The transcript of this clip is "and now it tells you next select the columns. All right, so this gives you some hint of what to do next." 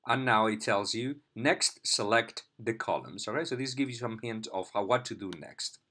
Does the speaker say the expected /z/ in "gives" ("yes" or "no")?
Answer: no